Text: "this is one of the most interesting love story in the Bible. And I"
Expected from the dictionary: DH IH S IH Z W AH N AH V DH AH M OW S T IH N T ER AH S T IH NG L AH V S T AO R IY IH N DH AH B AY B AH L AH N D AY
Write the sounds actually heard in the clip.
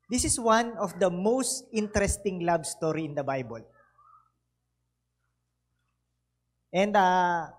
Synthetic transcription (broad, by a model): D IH S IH S W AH N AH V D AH M OW S T IH N T ER AH S T IH NG L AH B S T AO R IY IH N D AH B AY B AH L AH N D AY